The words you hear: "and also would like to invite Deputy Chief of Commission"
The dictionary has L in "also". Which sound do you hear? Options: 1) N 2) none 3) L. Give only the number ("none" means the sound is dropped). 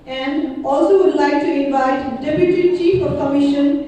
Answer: 3